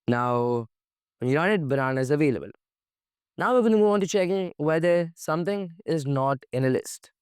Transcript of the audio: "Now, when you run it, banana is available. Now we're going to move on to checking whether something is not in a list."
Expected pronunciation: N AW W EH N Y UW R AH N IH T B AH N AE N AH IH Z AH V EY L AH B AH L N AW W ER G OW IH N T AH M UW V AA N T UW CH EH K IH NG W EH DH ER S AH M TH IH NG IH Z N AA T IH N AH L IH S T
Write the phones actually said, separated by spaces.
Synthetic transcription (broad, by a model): N AW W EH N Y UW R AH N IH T B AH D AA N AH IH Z AH V EY L AH B AH L N AW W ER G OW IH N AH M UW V AA N T UW CH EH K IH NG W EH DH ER S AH M T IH NG IH Z N AA T IH N AH L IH S T